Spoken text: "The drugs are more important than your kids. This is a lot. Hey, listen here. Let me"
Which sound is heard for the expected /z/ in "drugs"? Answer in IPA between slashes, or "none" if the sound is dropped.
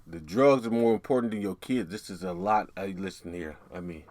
/z/